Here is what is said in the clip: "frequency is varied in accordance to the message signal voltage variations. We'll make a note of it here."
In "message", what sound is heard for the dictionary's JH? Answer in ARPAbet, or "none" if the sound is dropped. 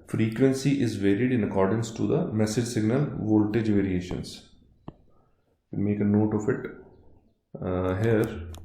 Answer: JH